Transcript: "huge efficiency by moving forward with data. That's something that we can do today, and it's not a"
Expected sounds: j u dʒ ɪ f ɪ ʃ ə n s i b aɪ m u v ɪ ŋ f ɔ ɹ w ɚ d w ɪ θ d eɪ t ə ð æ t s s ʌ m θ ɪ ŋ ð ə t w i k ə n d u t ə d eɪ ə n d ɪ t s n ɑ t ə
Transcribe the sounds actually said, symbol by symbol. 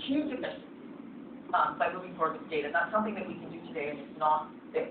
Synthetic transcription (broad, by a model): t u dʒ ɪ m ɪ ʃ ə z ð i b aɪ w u ɪ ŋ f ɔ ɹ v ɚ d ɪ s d eɪ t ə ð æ t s s ʌ m θ ɪ ŋ ð ə t w i k ə n d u t ə d eɪ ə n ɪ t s n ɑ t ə